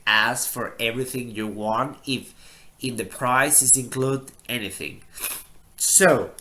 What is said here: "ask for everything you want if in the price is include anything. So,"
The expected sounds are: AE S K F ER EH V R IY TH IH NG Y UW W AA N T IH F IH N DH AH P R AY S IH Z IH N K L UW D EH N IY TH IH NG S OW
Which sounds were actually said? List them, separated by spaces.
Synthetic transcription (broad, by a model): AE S F ER EH V R IY TH IH NG Y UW W AA N T IH F IH N DH AH P R AY S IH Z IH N K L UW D EH N IY TH IH NG S OW